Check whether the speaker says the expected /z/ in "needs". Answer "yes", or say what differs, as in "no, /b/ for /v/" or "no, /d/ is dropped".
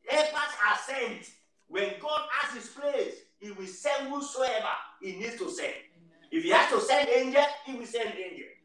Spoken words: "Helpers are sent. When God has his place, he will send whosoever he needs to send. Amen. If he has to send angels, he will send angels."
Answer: no, /z/ is dropped